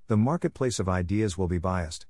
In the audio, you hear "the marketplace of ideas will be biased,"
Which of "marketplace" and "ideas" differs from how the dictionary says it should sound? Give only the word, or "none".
none